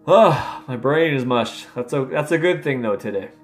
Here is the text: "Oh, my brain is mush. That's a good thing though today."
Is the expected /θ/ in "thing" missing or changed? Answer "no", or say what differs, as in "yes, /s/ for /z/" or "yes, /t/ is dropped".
no